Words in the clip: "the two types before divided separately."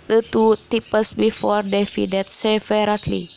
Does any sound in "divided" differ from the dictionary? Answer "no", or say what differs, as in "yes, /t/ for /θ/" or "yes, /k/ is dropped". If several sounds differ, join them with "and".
yes, /f/ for /v/